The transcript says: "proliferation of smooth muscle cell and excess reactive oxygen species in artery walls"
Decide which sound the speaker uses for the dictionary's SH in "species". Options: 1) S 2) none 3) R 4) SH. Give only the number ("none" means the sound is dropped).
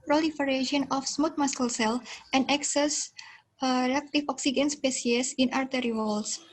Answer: 1